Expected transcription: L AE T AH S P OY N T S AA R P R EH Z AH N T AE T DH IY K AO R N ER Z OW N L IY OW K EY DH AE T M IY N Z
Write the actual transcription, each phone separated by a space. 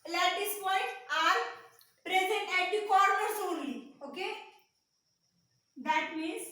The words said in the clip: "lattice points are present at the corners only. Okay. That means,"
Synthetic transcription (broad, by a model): L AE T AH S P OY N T AA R P R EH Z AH N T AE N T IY K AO R N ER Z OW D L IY OW K EY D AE T M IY N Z